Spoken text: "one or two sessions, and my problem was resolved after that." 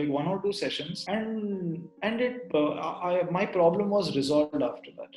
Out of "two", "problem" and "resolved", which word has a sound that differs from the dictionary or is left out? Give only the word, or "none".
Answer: none